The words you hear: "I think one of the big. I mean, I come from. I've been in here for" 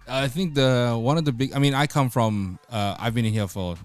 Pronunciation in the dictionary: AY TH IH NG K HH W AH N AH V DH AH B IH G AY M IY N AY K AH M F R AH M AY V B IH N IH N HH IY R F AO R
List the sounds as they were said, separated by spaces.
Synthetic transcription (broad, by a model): AY TH IH NG K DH W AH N AH V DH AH B IH G AY M IY N AY K AH M F R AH M AY V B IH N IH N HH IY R F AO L